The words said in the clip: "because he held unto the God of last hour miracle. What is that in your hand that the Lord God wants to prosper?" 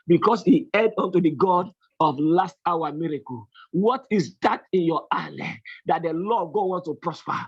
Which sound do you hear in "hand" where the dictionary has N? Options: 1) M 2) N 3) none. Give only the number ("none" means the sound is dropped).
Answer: 3